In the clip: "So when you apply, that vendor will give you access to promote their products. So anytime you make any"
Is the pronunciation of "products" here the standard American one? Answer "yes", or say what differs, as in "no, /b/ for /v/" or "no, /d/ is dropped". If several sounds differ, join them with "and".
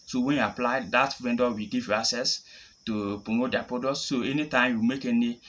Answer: no, /ɹ/ is dropped and /k/ is dropped